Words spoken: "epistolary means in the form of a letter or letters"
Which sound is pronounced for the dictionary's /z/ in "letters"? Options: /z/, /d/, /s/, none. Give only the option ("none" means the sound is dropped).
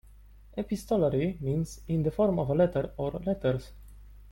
/s/